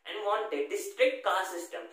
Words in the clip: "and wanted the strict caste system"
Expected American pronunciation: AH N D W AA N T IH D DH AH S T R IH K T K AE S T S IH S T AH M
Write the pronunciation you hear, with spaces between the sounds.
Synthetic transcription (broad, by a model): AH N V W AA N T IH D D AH S T R IH K T K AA T S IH S T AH M